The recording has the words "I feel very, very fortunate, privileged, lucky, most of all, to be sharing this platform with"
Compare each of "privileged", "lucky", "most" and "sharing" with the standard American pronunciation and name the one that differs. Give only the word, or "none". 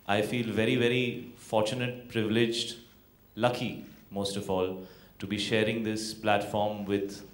none